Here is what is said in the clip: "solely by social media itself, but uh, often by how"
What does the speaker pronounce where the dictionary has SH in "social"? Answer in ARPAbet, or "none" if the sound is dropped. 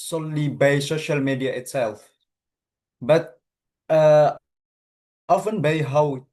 SH